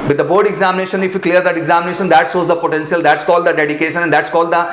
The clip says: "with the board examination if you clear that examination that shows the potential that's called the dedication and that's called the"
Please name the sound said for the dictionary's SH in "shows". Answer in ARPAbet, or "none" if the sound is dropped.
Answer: S